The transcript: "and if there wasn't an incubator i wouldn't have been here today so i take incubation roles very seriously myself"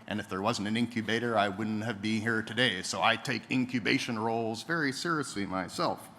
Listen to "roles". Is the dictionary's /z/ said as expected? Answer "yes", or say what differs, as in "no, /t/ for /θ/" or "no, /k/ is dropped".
yes